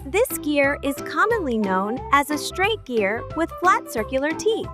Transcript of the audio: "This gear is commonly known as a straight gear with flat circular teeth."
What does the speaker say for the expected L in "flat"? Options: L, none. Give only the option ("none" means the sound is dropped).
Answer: L